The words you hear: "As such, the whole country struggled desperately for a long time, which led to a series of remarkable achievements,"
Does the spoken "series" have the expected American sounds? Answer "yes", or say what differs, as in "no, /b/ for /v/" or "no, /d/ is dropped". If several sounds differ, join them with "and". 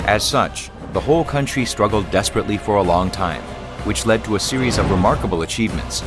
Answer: yes